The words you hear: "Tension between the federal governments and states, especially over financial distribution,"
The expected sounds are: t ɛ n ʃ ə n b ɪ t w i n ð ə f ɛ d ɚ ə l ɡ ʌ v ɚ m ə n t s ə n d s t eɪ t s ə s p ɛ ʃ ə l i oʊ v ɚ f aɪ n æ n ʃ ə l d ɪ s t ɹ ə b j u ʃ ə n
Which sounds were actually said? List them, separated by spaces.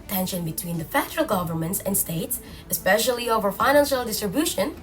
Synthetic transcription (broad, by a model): t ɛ n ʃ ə n b ɪ t w i n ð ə f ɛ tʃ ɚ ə l ɡ ʌ v ɚ m ə n t s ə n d s t eɪ t s ə s p ɛ ʃ ə l i oʊ v ɚ f aɪ n æ n ʃ ə l d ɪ s t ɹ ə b j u ʃ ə n